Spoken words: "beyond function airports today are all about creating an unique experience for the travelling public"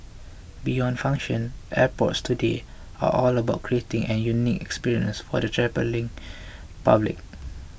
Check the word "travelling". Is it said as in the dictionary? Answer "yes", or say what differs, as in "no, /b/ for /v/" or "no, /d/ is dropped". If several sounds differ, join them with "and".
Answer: no, /p/ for /v/